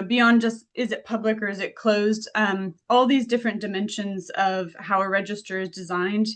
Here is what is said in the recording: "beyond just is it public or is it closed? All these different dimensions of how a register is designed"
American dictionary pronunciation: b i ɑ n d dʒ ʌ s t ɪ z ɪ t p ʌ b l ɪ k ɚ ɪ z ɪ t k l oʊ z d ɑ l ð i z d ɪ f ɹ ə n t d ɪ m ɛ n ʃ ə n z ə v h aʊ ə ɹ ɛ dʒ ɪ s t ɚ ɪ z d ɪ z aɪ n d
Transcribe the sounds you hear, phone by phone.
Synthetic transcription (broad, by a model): b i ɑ n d dʒ ʌ s t ɪ z ɪ t p ʌ b l ɪ k ɚ ɪ z ɪ t k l oʊ z d ɑ l ð i z d ɪ f ɹ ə n d ɪ m ɛ n ʃ ə n z ə v h aʊ ə ɹ ɛ dʒ ɪ s t ɚ ɪ z d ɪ z aɪ n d